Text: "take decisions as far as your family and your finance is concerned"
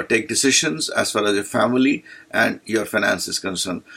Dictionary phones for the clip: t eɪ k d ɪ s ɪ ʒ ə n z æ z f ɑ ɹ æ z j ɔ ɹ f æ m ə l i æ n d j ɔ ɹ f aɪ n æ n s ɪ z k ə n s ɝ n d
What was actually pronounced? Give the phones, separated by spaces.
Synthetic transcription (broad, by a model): t eɪ k d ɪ s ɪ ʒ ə n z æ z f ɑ l æ z j ɔ ɹ f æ m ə l i æ n d j ɔ ɹ f aɪ n æ n s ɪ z k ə n s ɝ n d